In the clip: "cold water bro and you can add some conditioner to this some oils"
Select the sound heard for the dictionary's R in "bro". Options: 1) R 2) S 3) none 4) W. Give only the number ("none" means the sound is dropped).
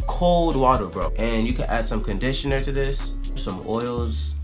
1